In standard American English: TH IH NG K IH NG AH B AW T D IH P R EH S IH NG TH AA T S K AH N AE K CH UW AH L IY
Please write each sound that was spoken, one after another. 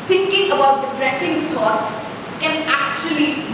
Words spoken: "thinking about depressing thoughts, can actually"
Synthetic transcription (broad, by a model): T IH NG K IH NG AH B AW T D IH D R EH S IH NG T AA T S K AH N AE K CH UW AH L IY